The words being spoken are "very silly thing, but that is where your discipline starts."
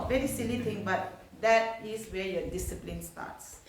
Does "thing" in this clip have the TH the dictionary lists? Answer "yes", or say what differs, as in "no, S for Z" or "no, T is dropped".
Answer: no, T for TH